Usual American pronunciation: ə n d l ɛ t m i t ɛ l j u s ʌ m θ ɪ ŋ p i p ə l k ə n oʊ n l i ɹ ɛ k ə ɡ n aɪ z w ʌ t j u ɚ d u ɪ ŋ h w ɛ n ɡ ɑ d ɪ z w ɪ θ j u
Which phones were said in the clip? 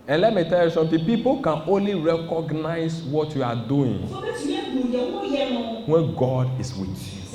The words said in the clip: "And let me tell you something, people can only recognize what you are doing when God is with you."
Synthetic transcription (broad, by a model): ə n l ɛ t m i t ɛ l j u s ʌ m t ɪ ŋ p i p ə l k ə n oʊ n l i ɹ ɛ k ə ɡ n aɪ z w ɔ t j u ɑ d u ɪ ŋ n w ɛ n ɡ ɑ d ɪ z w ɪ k